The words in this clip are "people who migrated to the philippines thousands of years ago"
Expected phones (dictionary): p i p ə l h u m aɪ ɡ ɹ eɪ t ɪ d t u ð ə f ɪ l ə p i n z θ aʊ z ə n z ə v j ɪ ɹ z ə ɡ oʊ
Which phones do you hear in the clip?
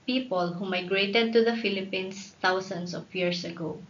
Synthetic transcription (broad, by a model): p i p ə l h u m aɪ ɡ ɹ eɪ t ɪ d t u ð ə f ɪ l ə p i n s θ aʊ s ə n s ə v j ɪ ɹ s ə ɡ oʊ